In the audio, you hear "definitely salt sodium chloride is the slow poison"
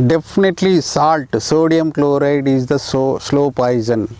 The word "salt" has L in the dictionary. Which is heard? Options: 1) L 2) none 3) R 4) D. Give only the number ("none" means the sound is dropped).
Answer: 1